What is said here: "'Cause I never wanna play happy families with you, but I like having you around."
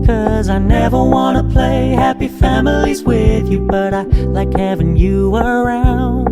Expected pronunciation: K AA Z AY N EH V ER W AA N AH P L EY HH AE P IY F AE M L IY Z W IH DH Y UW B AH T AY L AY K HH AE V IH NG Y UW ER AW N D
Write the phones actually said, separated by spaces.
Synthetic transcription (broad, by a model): K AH Z AY N EH V ER W AA N AH P L EY HH AE P IY F AE M L IY Z W IH DH Y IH B AH T AY L AY K HH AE V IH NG Y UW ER AW N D